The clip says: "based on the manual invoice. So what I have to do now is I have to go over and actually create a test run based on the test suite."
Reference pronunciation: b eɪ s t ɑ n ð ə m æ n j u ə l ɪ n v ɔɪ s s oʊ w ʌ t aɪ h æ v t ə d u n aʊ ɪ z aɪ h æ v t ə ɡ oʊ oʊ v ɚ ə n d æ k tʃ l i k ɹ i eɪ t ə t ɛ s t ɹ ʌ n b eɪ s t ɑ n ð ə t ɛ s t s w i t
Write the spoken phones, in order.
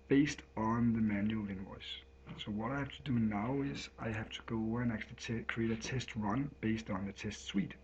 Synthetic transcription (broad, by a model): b eɪ s t n ð ə m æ n j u l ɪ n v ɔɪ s s oʊ w ʌ t aɪ h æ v t ə d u n aʊ ɪ z aɪ h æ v t ə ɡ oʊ oʊ ʊ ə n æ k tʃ i k ɹ i eɪ t ə t ɛ s t ɹ ʌ n b eɪ s t n ð ə t ɛ s t s w i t